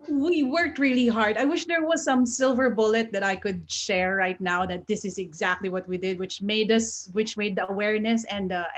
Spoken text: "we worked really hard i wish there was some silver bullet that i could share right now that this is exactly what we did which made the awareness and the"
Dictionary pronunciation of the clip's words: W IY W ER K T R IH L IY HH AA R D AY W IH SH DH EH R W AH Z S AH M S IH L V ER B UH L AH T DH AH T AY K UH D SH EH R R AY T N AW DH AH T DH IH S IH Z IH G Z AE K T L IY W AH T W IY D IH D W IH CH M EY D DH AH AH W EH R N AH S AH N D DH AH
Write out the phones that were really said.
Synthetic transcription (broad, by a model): W IY W ER K T R IH L IY HH AA R D AY W IH SH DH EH R W AH Z S AH M S IH L V ER B UH L AH T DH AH T AY K UH D SH EH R R AY T N AW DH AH T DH IH S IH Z IH G Z AE K T L IY W AH T W IY D IH D W IH CH M EY D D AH AH W EH R N AH S AH N D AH